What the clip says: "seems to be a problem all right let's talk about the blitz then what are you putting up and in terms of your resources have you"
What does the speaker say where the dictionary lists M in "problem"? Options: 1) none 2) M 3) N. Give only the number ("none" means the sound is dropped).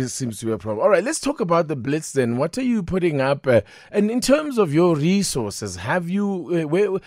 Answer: 1